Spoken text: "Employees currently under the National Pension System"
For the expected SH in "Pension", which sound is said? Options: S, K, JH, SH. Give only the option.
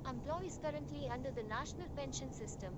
SH